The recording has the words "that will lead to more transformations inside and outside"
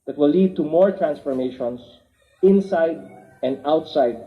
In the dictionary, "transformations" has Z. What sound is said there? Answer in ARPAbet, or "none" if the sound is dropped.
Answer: S